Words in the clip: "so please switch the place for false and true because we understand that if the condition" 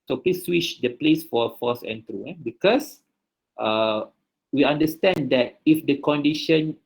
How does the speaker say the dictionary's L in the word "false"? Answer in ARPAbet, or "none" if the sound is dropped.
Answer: none